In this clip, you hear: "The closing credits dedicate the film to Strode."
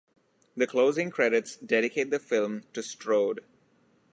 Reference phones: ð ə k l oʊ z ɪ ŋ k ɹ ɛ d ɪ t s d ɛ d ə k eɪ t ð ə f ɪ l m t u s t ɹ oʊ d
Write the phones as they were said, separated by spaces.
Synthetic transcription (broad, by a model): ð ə k l oʊ z ɪ ŋ k ɹ ɛ d ɪ t s d ɛ d ə k eɪ t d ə f ɪ l m t u s t ɹ oʊ d